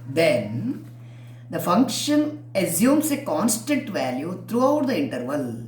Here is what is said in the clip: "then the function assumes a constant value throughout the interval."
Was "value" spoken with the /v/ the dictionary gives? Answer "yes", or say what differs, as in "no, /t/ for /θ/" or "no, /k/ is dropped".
yes